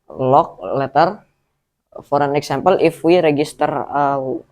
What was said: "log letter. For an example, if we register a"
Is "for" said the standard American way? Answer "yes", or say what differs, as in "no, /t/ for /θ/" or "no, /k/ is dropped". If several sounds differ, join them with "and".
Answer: yes